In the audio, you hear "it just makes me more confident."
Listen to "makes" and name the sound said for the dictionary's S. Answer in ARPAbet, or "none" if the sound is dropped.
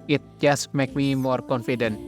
none